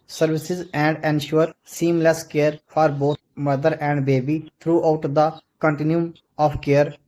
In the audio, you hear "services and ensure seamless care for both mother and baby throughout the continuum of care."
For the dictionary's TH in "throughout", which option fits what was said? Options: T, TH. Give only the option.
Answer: T